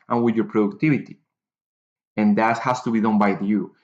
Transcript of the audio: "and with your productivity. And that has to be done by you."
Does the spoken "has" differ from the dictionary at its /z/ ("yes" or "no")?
yes